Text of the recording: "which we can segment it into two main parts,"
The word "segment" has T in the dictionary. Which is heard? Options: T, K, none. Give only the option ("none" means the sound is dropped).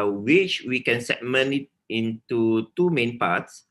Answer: none